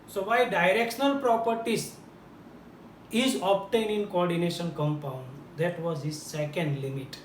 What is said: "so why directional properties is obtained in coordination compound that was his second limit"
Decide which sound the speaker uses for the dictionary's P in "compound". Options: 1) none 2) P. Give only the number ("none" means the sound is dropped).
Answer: 2